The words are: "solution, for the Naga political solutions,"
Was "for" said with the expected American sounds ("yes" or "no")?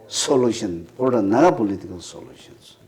no